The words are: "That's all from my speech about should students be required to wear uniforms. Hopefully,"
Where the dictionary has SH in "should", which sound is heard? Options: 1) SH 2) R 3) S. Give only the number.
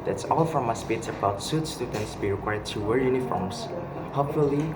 3